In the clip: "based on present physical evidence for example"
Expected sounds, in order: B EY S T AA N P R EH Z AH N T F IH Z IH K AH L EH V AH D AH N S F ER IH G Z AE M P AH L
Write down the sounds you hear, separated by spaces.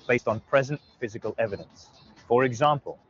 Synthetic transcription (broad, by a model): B EY S T N P R EH Z AH N T F IH Z IH K AH L EH V AH D AH N S F ER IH G Z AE M P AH L